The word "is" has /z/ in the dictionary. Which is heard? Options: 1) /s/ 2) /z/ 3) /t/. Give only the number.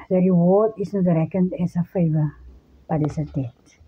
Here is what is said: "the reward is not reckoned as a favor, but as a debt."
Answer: 1